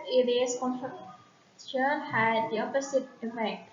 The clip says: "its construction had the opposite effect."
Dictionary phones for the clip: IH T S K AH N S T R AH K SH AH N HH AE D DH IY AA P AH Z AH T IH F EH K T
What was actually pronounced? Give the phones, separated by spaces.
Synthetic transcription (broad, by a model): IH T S K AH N T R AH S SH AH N HH AE D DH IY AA P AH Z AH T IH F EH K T